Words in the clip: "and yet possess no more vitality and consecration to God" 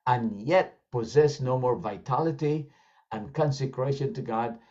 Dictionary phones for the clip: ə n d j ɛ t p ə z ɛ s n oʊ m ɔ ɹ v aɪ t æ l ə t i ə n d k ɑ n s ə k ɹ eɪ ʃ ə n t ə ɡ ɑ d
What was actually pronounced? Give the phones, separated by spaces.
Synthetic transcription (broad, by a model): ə n j ɛ t p ə z ɛ s n oʊ m ɔ ɹ v aɪ t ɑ l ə t i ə n k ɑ n s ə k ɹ eɪ ʃ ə n t ə ɡ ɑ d